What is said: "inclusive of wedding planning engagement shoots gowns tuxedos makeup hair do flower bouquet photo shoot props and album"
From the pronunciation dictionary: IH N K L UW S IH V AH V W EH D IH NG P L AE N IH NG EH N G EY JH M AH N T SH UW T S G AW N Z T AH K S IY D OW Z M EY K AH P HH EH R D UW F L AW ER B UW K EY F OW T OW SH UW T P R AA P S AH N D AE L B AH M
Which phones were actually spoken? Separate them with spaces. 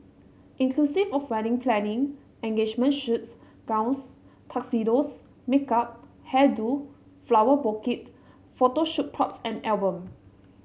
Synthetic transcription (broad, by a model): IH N K L UW S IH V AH F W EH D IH NG P L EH N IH NG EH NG G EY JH M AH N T SH UW T S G AW N S T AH K S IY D OW S M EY K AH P HH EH D UW F L AW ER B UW K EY F OW T OW SH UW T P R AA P S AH N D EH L B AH M